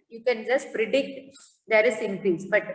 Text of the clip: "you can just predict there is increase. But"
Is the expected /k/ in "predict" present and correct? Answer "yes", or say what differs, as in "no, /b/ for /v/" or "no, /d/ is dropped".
yes